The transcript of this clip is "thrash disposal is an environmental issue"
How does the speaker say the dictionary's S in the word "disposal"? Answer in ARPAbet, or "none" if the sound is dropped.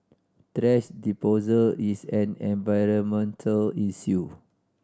none